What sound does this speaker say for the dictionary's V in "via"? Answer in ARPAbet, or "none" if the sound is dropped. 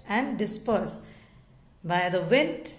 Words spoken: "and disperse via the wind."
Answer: B